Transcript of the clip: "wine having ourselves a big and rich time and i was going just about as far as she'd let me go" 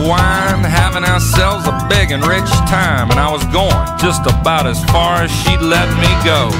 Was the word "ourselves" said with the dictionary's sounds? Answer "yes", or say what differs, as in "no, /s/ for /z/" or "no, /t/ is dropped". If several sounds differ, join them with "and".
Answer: yes